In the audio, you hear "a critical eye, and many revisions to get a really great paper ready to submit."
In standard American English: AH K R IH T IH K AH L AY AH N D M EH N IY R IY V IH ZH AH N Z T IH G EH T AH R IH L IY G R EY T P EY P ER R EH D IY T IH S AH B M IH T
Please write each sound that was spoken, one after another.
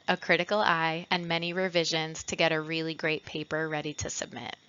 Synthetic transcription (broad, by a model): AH K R IH T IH K L AY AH N M EH N IY R IY V IH ZH AH N Z T IH G EH T AH R IH L IY G R EY T P EY P ER R EH D IY T IH S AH B M IH T